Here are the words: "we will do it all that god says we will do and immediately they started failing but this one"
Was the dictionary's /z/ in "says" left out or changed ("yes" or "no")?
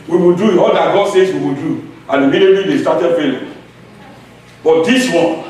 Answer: yes